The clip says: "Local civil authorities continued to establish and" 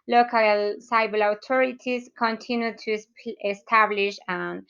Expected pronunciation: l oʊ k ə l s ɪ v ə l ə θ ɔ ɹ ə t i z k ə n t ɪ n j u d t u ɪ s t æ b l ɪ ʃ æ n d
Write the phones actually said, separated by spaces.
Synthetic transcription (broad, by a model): l oʊ k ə l s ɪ b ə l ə t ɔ ɹ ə t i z k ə n t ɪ n j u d t u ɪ s t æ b l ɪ ʃ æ n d